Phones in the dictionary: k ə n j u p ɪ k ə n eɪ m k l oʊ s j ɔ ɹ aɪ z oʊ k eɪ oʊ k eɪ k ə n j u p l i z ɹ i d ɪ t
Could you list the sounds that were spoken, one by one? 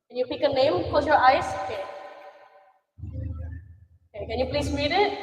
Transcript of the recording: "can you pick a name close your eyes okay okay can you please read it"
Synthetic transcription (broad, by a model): k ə n j u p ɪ k ə n eɪ m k oʊ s j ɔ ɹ aɪ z oʊ k eɪ oʊ k eɪ k ə n j u p l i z ɹ i d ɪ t